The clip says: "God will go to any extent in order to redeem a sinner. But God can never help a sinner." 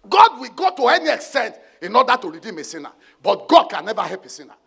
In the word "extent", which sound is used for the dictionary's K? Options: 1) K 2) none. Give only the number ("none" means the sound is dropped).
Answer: 1